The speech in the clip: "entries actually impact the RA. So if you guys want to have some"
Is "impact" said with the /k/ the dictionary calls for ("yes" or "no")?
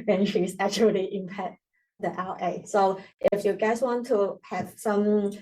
no